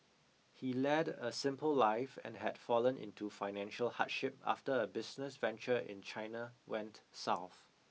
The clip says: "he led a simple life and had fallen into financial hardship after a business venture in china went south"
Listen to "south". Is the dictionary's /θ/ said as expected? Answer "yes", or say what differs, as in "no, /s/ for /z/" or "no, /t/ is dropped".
yes